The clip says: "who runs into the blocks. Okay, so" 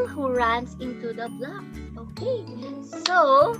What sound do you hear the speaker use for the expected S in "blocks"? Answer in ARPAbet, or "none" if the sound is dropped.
none